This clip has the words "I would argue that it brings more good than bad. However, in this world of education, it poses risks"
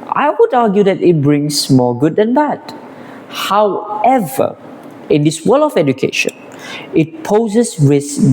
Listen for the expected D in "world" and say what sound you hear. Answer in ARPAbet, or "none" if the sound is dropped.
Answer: none